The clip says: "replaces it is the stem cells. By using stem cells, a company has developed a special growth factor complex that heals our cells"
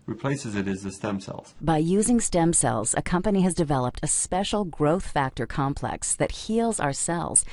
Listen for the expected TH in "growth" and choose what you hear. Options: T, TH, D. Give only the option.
TH